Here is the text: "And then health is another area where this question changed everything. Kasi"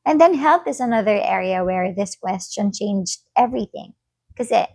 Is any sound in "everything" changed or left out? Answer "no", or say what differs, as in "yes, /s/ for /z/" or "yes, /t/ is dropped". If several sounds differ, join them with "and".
no